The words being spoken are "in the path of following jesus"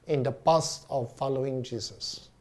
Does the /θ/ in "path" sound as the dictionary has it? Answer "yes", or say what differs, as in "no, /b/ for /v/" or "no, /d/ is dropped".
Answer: no, /t/ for /θ/